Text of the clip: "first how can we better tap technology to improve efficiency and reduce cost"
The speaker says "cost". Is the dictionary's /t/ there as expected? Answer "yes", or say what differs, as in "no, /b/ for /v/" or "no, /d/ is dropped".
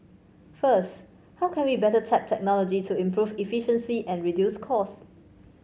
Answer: no, /t/ is dropped